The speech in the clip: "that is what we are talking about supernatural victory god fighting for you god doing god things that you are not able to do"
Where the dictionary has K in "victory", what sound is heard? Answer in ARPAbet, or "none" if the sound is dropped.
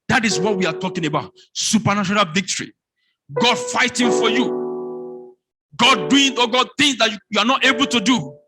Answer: K